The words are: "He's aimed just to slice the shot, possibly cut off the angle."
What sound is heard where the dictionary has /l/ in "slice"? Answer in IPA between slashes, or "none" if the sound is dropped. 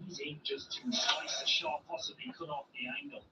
none